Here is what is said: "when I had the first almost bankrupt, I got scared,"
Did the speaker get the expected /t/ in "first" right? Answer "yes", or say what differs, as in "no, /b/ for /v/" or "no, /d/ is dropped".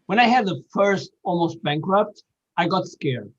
yes